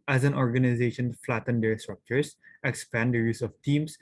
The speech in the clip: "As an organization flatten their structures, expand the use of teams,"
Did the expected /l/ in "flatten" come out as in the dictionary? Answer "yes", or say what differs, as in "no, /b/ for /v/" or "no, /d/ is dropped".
yes